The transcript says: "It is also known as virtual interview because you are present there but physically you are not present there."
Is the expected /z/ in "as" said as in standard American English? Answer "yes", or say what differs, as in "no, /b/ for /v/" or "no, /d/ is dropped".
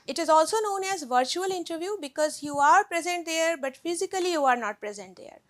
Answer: yes